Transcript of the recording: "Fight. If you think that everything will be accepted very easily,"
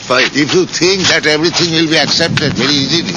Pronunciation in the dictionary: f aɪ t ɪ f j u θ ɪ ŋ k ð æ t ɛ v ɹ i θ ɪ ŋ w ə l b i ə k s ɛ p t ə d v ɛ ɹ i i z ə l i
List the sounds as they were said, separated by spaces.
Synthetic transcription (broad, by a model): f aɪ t ɪ f j u t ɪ ŋ k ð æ t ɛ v ɹ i t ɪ ŋ w ə l b i ə k s ɛ p t ə d v ɛ ɹ i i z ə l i